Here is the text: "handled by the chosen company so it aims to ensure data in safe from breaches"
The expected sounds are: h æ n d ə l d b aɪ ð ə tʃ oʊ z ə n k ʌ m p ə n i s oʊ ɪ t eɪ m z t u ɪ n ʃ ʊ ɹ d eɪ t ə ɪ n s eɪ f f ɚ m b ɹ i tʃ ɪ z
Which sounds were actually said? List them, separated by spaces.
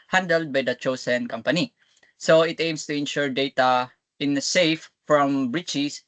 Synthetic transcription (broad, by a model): h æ n d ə l d b aɪ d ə tʃ oʊ s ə n k ʌ m p ə n i s oʊ ɪ t eɪ m s t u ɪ n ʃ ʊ ɹ d eɪ t ə ɪ n s eɪ f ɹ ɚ m b ɹ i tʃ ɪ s